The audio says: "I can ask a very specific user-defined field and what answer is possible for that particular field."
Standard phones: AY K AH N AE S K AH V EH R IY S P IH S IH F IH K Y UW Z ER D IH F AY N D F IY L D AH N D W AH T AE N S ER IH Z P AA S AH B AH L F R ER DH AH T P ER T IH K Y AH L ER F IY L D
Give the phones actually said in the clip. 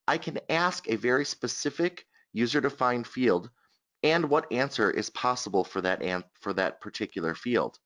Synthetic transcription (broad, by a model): AY K AH N AE S K AH V EH R IY S P IH S IH F IH K Y UW Z ER D IH F AY N D F IY L D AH N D W AH T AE N S ER IH Z P AA S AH B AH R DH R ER DH AH T P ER T IH K Y L ER F IY L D